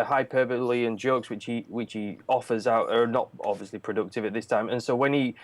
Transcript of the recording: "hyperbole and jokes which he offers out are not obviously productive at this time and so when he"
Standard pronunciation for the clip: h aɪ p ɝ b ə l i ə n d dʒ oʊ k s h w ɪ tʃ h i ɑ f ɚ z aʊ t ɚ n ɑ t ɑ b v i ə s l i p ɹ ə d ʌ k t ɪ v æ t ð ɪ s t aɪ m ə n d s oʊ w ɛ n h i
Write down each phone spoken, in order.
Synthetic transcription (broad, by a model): h aɪ p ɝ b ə l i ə n dʒ oʊ k s h w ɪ tʃ h i ɑ f ɚ z aʊ t ɚ n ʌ t ɑ b v i ə s l i p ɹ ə d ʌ k t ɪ v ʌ t ð ɪ s t aɪ m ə n s oʊ w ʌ n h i